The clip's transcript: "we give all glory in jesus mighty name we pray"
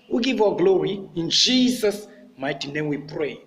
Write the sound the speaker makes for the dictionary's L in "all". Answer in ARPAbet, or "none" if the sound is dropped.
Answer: W